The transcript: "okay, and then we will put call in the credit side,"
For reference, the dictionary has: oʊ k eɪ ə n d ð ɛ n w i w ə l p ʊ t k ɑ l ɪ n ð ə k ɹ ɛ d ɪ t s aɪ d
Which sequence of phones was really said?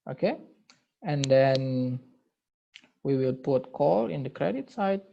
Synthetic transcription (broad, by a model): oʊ k eɪ ə n d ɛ n w i w ə l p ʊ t k ɑ l ɪ n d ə k ɹ ɛ d ɪ t s aɪ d